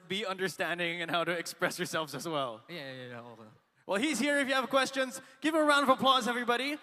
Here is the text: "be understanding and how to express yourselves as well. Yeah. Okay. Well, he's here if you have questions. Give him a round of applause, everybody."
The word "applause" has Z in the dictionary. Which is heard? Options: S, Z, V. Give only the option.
Z